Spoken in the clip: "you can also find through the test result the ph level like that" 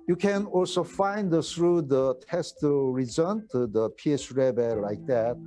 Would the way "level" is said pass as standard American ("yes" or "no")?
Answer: no